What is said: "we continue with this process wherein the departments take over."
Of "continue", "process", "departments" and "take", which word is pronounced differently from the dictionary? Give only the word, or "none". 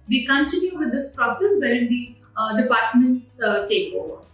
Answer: none